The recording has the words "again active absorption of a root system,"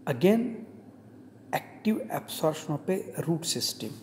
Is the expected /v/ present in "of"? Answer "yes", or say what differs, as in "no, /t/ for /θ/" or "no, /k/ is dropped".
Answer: no, /p/ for /v/